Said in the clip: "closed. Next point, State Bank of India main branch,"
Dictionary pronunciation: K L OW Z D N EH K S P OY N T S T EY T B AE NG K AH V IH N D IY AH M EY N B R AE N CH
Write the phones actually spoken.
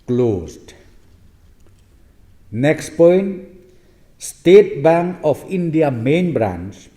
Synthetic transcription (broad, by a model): K L OW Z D N EH K S P OY N T S T EY T B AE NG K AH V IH N D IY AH M EY N B R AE N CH